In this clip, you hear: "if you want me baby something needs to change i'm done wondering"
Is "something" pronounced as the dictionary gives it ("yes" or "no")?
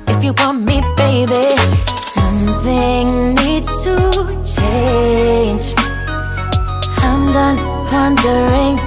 yes